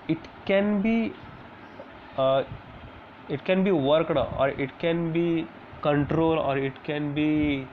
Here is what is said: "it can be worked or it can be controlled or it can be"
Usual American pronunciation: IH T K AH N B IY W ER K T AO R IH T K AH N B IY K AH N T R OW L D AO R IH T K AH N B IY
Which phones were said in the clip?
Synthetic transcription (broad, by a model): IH T K AH N B IY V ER K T AO R IH T K AH N B IY K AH N T R OW L AO R IH T K AH N B IY